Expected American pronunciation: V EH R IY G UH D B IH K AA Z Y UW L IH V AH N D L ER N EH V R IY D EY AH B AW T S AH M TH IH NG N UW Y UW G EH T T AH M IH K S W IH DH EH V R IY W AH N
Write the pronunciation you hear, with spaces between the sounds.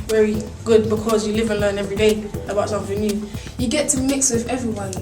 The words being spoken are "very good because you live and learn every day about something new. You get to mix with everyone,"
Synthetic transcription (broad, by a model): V EH R IY G UH D B IH K AA Z Y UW L IH V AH N L ER N EH V R IY D EY AH B AW T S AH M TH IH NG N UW Y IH G EH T T AH M IH K S W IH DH EH V R IY W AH N